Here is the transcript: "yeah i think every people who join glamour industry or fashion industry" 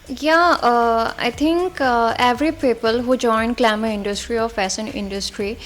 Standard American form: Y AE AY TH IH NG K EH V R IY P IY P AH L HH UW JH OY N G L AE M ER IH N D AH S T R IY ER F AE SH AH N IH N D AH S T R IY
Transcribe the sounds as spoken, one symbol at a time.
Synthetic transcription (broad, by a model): Y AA AY T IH NG K EH V R IY P IY P AH L HH UW JH OY N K L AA M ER IH N D AH S T R IY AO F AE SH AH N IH N D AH S T R IY